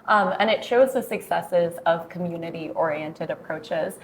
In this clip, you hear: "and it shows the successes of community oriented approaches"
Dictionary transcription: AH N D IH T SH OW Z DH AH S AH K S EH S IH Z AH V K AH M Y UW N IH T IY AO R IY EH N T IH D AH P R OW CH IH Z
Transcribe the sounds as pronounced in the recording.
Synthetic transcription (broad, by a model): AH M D IH T SH OW Z DH AH S AH K S EH S IH Z AH V K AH M Y UW N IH T IY AO R IY EH N T IH D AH P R OW CH IH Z